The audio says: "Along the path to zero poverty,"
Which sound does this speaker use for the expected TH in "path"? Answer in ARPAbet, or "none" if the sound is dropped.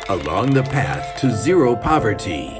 TH